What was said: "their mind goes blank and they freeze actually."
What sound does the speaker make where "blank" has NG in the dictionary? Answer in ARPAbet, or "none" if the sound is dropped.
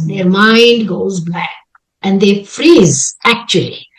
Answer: none